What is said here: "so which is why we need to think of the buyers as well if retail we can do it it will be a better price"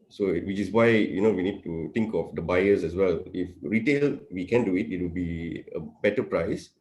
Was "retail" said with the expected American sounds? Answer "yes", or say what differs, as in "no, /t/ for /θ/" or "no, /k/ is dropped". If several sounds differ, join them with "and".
yes